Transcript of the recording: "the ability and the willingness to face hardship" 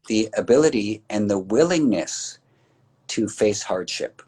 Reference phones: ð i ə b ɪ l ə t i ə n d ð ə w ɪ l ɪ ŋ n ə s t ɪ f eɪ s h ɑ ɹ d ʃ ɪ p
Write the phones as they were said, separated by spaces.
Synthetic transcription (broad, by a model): ð i ə b ɪ l ə t i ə n ð ə w ɪ l ɪ ŋ n ə s t ɪ f eɪ s h ɑ ɹ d ʃ ɪ p